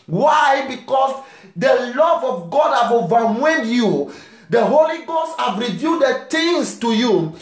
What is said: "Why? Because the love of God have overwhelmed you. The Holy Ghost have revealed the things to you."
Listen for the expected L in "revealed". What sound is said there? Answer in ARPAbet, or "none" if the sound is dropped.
none